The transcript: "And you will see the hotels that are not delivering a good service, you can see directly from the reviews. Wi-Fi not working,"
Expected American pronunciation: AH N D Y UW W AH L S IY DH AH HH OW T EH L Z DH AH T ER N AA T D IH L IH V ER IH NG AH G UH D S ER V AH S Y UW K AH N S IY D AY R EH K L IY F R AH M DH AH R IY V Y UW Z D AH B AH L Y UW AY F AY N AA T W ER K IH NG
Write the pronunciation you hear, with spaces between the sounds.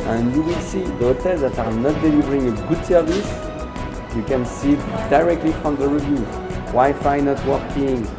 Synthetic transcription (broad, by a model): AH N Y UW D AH S IY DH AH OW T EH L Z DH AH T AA N AA T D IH L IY V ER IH NG AH G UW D S ER V AH S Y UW K AH N S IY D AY R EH K L IY F R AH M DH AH R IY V Y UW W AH Y F AY N AA T W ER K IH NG